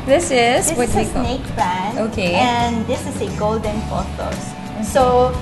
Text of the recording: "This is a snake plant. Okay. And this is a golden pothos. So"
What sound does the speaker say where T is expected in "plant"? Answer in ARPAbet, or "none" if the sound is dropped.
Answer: none